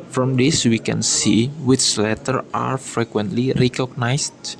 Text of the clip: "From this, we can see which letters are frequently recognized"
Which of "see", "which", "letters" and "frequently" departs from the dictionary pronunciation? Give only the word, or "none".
letters